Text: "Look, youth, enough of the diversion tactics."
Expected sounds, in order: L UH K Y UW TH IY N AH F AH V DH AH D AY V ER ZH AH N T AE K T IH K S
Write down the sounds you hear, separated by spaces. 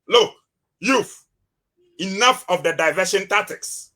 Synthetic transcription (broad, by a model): L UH K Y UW F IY N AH F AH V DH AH D AY V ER SH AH N T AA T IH K S